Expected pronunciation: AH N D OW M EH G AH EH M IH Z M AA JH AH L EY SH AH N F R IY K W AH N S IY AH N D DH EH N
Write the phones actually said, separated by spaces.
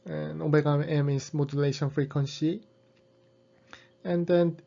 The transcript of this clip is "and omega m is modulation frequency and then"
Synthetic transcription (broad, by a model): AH N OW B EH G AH EH M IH S M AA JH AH L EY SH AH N F R IY K W AH N S IY AH N D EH N